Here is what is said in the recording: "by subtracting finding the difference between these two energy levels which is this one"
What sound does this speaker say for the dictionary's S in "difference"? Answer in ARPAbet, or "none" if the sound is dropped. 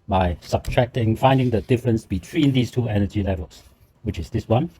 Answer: S